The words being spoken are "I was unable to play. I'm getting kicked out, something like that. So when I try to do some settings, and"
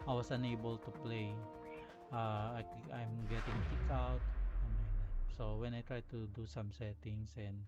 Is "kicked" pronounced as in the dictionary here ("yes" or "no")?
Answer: no